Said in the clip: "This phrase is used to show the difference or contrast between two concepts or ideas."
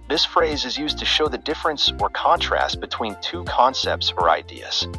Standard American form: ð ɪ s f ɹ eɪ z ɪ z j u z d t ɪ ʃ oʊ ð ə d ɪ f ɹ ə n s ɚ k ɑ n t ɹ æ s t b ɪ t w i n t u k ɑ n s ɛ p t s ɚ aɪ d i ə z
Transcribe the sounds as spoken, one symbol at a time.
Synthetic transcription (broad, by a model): ð ɪ s f ɹ eɪ z ɪ z j u z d t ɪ ʃ oʊ ð ə d ɪ f ɹ ə n s ɚ k ɑ n t ɹ æ s t b ɪ t w i n t u k ɑ n s ɛ p t s ɚ aɪ d i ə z